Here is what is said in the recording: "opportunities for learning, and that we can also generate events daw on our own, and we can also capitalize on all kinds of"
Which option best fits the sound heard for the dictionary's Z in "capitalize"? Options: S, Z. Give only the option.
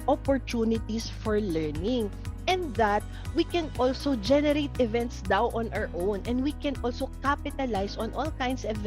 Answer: S